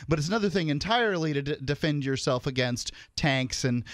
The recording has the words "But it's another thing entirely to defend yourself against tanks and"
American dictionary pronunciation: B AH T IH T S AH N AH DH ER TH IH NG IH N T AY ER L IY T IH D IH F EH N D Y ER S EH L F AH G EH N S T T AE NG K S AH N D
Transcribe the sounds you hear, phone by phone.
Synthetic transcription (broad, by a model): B AH T IH T S AH N AH DH ER TH IH NG IH N T AY ER L IY T IH D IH F EH N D Y ER S EH L F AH G EH N S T T AE NG K S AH N